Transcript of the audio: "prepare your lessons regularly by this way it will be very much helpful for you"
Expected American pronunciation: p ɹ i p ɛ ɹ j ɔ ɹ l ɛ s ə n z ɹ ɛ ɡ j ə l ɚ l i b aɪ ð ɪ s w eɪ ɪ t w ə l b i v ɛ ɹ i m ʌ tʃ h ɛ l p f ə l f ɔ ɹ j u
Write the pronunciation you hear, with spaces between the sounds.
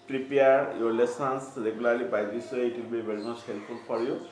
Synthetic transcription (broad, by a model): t ɹ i p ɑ ɹ j ɔ ɹ l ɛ s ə n s ɹ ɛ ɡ j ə l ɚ l i b aɪ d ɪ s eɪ ɪ t w ə l b i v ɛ ɹ i m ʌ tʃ h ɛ l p p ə l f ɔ ɹ j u